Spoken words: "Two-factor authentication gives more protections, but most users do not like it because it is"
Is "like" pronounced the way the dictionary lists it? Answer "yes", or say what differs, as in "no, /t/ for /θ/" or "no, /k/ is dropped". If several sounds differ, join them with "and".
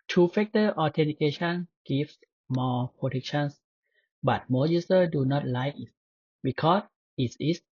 no, /k/ is dropped